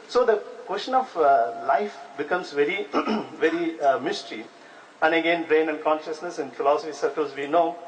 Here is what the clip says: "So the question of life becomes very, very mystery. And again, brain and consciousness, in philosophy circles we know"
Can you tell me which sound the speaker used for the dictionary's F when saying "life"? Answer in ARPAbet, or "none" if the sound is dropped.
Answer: F